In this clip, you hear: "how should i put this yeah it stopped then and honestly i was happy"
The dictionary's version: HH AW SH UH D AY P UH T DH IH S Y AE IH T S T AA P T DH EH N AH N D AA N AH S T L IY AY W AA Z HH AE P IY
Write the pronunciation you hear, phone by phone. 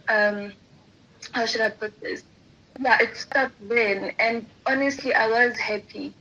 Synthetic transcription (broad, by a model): HH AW SH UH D AY P UH T DH IH S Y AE IH T S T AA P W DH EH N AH N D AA N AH S T L IY AY W AA Z HH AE P IY